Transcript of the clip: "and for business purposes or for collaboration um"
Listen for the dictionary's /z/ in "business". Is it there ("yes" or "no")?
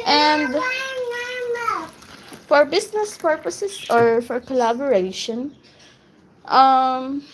no